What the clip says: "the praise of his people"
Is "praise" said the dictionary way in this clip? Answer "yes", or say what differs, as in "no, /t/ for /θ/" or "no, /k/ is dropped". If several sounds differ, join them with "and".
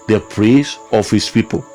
no, /s/ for /z/